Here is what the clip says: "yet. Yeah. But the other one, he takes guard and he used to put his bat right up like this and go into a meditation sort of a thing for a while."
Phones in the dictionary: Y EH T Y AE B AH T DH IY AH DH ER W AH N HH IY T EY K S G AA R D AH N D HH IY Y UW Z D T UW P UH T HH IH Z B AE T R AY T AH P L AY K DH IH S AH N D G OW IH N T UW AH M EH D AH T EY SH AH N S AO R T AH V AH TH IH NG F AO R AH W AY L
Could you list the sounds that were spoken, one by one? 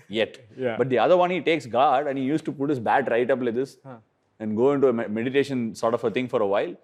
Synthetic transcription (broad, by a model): Y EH T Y B AH T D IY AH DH ER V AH N HH IY T EY K S G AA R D AH N D HH IY Y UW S T UW P UH T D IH S B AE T R AY T AH P L AY K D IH S AH N D G OW IH N T UW AH M EH D AH T EY SH AH N S AO R T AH F AH T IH NG F AO R AH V AY L